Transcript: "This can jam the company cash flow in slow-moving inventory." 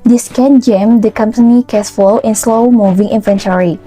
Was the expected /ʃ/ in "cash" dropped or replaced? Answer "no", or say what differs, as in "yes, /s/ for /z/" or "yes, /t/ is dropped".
yes, /s/ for /ʃ/